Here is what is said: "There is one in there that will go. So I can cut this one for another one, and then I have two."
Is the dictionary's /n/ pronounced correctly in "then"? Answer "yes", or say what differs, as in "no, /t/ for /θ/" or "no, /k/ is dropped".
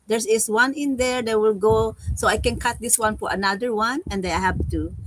no, /n/ is dropped